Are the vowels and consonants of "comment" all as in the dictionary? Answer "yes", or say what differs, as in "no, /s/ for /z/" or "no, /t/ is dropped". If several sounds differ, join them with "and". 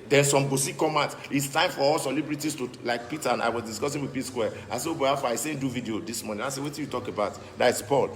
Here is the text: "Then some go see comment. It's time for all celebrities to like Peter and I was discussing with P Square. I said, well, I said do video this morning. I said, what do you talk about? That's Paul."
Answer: no, /n/ is dropped